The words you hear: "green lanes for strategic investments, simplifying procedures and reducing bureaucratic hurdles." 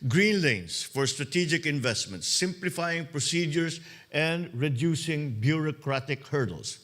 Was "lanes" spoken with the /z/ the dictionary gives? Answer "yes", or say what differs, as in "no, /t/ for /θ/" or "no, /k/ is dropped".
no, /s/ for /z/